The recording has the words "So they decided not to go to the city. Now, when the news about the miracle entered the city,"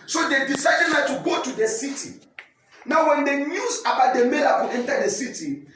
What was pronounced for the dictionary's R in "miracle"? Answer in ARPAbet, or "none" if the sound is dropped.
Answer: L